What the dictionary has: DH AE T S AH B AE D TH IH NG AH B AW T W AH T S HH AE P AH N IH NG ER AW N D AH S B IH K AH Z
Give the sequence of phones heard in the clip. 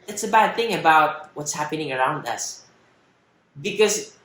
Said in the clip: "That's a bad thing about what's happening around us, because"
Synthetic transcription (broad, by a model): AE T S AH B AE D TH IH NG AH B AW T W AH T S HH AE P AH N IH NG ER AW N D AH S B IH K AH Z